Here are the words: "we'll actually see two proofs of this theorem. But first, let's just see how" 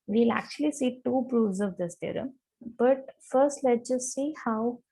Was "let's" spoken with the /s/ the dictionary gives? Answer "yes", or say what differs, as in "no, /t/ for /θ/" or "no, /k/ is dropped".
no, /s/ is dropped